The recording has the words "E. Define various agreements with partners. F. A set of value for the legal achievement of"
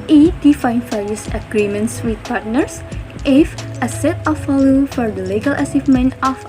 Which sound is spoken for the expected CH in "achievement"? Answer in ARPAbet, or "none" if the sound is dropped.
S